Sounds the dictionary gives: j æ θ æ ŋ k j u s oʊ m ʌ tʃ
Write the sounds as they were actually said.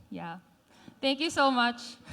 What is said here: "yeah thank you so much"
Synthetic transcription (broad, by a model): j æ t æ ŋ k j u s oʊ m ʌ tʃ